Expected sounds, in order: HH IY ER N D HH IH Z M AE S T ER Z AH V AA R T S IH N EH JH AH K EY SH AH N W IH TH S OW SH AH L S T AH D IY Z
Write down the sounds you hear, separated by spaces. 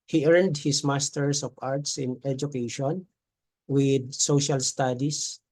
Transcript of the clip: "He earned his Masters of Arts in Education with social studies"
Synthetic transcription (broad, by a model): HH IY ER N D HH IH S M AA S T ER S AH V AA R T S IH N EH JH AH K EY SH AH N W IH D S OW SH AH L S T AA D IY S